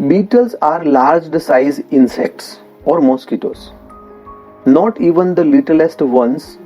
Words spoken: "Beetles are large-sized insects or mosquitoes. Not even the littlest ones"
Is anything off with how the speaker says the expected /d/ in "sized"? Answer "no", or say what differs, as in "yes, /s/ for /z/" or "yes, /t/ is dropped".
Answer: yes, /d/ is dropped